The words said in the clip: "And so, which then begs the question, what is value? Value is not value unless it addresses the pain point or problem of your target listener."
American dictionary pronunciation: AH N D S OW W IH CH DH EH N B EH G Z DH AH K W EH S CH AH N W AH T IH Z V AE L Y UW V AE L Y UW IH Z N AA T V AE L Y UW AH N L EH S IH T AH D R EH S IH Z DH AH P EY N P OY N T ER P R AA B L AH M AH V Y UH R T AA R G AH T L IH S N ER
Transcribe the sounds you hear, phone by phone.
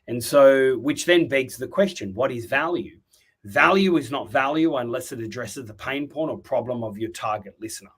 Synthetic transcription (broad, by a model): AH N S OW W IH CH DH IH N B EH G Z DH AH K W EH S CH AH N W AH T IH Z V AE L Y UW V AE L Y UW IH Z N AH T V AE L Y UW AH N L EH S IH T AH D R EH S IH Z DH AH P EY N P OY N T ER P R AA B L AH M AH V Y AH R T AA R G AH T L IH S N ER